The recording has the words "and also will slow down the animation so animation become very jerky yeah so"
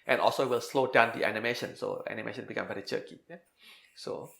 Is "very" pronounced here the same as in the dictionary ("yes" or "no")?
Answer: no